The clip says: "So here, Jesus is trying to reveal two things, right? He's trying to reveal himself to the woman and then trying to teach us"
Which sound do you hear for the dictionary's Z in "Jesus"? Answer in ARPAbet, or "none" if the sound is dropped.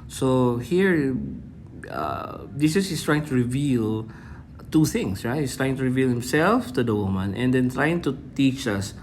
S